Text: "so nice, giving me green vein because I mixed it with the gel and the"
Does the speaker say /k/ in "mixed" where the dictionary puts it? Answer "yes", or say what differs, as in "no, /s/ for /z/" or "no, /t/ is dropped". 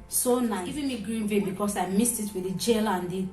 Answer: no, /k/ is dropped